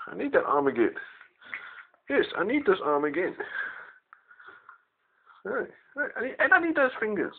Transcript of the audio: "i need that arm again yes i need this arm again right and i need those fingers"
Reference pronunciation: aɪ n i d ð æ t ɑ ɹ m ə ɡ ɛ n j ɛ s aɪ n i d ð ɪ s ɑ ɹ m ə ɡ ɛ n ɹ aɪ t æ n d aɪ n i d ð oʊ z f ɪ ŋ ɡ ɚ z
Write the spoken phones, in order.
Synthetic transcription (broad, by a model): aɪ n i d ð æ t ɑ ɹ m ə ɡ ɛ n j ɛ s aɪ n i d ð ɪ s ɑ m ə ɡ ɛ n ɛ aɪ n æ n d aɪ n i d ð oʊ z f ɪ ŋ ɡ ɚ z